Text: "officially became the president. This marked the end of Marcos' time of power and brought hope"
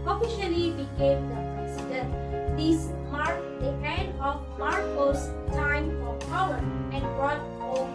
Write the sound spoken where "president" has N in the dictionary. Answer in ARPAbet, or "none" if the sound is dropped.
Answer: none